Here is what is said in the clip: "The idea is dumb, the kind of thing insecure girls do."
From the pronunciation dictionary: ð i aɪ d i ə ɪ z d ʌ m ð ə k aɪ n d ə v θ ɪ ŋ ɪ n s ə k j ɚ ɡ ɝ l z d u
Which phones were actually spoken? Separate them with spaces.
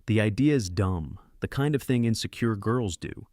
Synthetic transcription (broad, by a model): ð i aɪ d i ə ɪ z d ʌ m ð ə k aɪ n d ə v θ ɪ ŋ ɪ n s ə k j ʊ ɡ ɝ l z d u